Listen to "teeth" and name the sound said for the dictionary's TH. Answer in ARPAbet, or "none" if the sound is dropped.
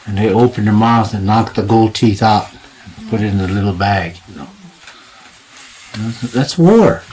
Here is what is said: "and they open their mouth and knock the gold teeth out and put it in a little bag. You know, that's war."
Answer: TH